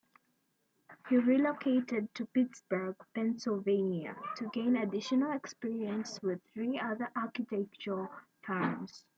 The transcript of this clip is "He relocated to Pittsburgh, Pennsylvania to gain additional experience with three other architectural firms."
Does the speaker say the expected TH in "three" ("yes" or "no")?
yes